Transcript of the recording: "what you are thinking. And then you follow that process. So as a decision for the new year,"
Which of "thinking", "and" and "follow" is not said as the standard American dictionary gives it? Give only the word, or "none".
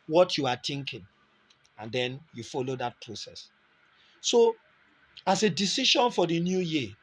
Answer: thinking